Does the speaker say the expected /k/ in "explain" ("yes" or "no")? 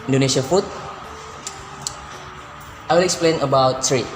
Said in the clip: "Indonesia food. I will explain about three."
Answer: yes